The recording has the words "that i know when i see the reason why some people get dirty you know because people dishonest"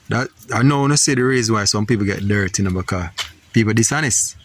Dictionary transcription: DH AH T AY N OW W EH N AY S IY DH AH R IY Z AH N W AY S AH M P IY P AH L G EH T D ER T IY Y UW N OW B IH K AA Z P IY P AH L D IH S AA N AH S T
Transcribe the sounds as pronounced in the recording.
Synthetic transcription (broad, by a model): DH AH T AY N OW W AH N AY S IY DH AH R IY Z AH N W AY S AH M P IY P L G EH T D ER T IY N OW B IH K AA P IY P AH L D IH S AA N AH S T